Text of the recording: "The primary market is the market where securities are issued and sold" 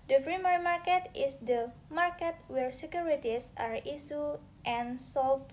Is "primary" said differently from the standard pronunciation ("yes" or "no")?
yes